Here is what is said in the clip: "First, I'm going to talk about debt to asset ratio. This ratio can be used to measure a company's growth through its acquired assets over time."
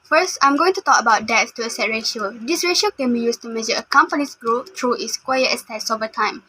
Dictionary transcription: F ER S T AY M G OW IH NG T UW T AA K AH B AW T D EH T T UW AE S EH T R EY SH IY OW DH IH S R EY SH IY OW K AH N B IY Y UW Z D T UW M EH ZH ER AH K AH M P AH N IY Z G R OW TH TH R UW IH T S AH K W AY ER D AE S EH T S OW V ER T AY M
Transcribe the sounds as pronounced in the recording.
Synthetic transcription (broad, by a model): F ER S T AY M G OW IH NG T UW T AA K AH B AW T D EH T T UW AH S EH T R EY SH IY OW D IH S R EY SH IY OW K AH N B IY Y UW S T UW M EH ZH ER AH K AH M P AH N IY S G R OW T R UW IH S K W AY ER EH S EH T S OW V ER T AY M